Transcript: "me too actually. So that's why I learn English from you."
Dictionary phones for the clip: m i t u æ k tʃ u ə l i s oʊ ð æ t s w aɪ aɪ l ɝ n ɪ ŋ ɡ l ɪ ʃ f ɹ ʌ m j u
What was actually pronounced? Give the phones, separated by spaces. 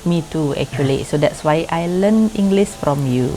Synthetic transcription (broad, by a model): m i t u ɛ k tʃ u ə l i s oʊ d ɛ t s w aɪ aɪ l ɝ n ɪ ŋ ɡ l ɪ s f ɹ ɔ m j u